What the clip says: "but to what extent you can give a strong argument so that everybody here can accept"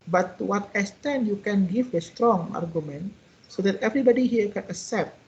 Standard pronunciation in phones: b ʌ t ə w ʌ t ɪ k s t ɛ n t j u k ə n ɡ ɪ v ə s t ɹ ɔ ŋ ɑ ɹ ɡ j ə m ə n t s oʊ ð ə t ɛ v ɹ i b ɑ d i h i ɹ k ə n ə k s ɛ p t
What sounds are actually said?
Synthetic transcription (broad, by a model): b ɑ t w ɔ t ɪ s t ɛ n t j u k ə n ɡ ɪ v ə s t ɹ ɔ ŋ ɑ ɹ ɡ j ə m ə n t s oʊ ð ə t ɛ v ɹ i b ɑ d i h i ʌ k ə n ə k s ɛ p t